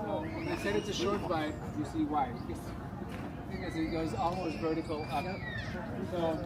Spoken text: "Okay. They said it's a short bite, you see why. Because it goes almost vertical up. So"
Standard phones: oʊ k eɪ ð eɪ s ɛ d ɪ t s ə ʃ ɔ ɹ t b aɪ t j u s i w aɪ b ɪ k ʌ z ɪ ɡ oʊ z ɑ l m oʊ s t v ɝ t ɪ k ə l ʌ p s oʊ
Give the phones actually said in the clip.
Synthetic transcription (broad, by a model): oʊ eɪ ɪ s ɛ d ɪ t s ə ʃ ɔ ɹ t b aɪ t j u s i w aɪ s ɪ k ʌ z ɪ ɡ oʊ z ɑ l m oʊ s t v ɝ t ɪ k l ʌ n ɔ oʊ